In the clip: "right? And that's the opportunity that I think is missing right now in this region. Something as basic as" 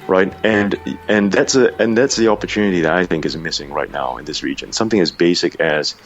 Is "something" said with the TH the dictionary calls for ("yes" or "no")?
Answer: yes